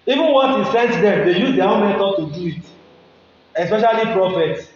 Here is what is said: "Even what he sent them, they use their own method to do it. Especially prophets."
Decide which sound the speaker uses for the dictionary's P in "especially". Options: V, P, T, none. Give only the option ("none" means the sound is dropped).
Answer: P